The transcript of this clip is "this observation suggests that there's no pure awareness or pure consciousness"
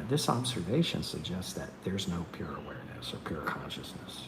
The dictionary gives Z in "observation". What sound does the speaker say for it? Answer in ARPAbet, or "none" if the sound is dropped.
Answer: Z